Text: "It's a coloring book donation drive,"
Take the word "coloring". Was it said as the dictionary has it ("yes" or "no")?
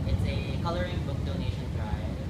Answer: yes